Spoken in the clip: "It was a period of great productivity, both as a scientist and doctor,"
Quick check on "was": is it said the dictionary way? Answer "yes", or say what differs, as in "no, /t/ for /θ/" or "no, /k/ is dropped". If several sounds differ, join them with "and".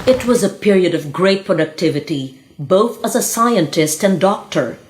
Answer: yes